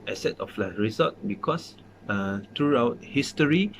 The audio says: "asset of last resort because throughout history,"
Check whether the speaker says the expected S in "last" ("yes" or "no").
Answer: no